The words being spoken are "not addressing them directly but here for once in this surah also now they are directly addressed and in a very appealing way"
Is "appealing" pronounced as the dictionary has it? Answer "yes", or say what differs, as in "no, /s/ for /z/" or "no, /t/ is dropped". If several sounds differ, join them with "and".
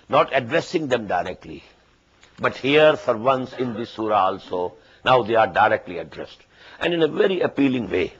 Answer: yes